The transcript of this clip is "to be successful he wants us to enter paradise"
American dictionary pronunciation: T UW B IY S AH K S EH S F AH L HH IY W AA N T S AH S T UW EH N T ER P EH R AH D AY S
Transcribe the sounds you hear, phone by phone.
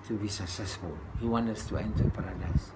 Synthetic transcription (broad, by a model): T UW B IY S AH K S EH S F AH L HH IY W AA N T AH S T UW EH N T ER P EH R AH D AY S